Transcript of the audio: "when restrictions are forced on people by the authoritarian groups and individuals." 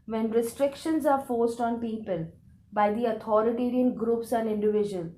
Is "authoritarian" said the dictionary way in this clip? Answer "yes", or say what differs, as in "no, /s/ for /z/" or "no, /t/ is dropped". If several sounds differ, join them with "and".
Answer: no, /t/ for /θ/